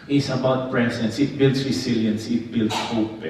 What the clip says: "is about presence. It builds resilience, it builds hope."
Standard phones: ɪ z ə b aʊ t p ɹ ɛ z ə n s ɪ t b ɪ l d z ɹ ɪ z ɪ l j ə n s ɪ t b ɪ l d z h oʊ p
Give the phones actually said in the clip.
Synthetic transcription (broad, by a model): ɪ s ə b aʊ t p ɹ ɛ s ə n s ɪ t b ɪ l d s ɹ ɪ s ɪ l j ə n s ɪ t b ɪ l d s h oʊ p